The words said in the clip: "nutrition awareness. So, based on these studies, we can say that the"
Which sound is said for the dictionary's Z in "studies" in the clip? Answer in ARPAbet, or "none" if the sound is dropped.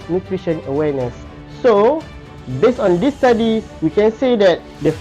none